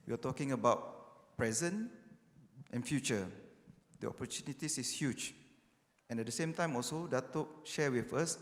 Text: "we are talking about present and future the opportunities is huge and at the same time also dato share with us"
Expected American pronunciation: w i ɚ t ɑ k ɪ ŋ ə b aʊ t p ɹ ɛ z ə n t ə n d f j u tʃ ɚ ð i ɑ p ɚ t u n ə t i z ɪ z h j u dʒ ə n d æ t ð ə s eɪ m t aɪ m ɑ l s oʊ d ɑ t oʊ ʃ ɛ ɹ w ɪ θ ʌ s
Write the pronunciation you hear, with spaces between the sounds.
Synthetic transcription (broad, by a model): w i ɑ t ɑ k ɪ ŋ ə b aʊ t p ɹ ɛ z ə n t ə n f j u tʃ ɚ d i ɑ p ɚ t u n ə t i s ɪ s h j u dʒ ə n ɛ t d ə s eɪ m t aɪ m ɑ l s oʊ d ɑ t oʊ ʃ ɛ w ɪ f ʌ s